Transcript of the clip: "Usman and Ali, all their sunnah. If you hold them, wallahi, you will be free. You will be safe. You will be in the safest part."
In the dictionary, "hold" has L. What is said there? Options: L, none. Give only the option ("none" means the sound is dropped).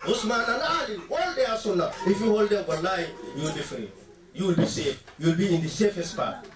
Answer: L